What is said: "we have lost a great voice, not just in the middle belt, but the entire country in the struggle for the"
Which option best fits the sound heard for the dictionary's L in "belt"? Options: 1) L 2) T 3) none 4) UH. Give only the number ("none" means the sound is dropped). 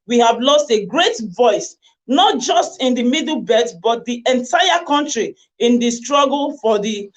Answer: 3